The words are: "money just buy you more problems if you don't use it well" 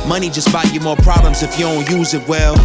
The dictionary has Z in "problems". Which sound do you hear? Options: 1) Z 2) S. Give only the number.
1